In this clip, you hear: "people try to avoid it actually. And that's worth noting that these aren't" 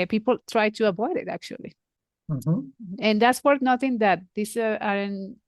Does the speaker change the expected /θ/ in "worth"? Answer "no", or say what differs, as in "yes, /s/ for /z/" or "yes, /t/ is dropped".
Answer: yes, /t/ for /θ/